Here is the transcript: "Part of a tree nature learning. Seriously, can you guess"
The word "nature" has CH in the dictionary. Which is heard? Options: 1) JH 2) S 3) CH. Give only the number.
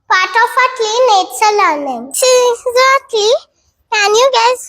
2